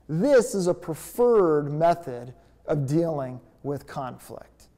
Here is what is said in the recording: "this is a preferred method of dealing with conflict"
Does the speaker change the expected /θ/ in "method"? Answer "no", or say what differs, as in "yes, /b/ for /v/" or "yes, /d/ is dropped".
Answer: no